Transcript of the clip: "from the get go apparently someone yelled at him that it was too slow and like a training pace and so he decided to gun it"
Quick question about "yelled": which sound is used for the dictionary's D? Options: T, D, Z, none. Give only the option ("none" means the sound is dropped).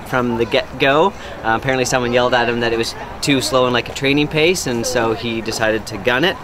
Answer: D